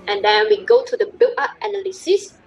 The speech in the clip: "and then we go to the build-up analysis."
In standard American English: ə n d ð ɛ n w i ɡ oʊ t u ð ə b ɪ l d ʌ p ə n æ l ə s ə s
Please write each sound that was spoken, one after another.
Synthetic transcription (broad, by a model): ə n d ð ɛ n w i ɡ oʊ t u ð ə b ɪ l ʌ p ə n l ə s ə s